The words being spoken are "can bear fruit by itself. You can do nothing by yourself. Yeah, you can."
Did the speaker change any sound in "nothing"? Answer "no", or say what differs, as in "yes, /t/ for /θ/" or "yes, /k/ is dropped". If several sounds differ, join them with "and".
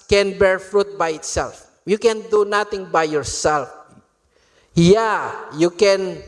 yes, /t/ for /θ/